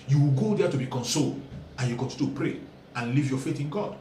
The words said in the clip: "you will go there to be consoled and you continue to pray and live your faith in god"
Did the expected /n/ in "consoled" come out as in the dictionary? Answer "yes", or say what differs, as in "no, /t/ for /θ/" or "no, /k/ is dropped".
yes